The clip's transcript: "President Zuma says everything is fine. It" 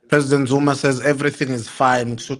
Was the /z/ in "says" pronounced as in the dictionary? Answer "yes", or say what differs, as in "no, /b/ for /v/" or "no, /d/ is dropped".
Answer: yes